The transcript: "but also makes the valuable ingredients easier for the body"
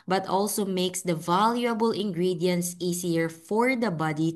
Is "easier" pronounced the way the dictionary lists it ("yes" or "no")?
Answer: no